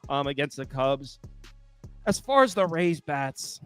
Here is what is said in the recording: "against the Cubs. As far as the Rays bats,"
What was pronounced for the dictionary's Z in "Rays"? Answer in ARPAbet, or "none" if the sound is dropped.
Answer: Z